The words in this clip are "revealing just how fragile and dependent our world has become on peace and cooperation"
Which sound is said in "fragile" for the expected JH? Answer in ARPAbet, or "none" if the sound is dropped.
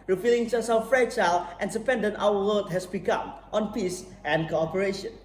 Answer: CH